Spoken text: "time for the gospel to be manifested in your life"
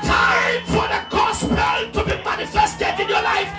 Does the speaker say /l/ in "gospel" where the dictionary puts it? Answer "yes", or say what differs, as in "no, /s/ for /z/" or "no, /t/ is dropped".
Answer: no, /n/ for /l/